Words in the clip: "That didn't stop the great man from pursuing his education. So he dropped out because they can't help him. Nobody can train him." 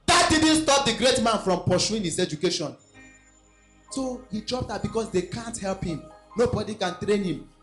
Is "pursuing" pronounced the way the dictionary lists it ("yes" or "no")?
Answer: no